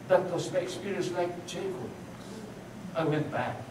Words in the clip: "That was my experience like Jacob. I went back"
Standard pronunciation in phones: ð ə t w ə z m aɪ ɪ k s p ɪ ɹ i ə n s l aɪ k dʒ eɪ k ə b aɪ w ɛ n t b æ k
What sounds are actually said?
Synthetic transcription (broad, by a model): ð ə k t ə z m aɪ ɪ k s p ɪ ɹ i ə n s l aɪ k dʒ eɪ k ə ɪ w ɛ n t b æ k